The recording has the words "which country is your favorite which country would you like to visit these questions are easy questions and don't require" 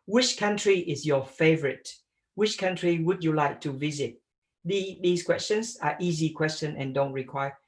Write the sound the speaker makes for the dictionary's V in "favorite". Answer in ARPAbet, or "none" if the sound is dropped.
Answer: V